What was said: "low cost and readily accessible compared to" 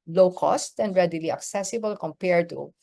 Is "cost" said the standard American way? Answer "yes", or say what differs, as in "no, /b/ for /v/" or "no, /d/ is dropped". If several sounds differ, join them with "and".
yes